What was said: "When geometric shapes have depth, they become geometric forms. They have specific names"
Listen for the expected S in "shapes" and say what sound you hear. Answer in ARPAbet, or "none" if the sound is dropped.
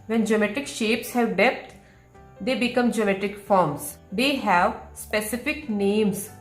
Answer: S